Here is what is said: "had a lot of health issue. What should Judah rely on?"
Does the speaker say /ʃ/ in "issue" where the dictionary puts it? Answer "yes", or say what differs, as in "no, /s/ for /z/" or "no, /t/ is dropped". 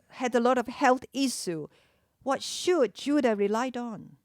no, /s/ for /ʃ/